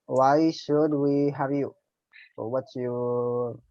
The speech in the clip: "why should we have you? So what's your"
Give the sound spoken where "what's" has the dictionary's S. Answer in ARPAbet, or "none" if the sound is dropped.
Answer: none